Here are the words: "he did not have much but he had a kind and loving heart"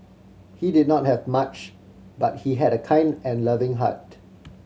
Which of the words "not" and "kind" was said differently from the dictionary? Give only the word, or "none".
none